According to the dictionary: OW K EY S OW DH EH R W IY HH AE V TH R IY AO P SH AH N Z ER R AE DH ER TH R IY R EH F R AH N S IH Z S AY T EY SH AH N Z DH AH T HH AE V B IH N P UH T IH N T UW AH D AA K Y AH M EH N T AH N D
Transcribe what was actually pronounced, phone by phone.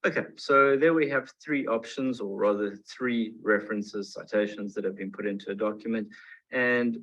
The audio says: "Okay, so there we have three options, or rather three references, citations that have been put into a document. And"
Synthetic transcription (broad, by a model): OW K EY S OW DH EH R W IY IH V TH R IY AO P SH AH N Z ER R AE DH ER TH R IY R EH F R AH N S IH Z S AY T EY SH AH N Z DH AH T HH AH V B IH N P UH T IH N T UW AH D AA K Y AH M EH N T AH N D